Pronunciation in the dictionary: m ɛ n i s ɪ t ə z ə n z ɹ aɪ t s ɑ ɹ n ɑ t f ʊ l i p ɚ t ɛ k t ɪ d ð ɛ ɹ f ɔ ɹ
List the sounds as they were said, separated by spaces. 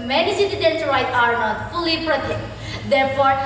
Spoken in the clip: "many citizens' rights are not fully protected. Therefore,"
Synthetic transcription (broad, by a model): m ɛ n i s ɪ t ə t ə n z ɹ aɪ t ɑ ɹ n ɑ t f ʊ l i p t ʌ t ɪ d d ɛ ɹ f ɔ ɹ